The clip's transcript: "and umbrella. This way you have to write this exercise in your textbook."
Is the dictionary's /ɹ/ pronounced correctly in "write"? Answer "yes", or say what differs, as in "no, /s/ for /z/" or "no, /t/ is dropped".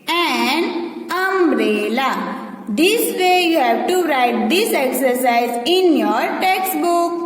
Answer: yes